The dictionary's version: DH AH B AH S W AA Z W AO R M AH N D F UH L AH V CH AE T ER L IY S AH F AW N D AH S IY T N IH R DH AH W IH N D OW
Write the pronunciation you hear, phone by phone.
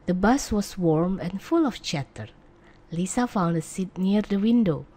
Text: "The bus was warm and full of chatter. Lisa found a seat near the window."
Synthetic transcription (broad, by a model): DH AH B AH S W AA S W AO R M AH N F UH L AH F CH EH T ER L IY S AH F AW N D AH S IY T N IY R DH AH W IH N D OW